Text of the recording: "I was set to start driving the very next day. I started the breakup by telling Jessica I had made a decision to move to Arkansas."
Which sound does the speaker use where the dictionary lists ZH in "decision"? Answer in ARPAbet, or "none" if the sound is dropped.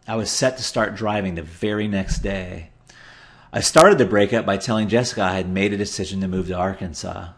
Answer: ZH